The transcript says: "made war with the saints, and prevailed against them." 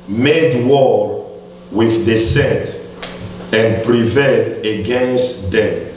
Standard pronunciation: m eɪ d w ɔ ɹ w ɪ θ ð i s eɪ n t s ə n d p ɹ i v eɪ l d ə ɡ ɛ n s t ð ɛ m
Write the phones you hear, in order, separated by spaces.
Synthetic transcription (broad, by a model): m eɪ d w ɔ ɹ w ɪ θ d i s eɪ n t ə n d p ɹ i v eɪ l d ə ɡ ɛ n s t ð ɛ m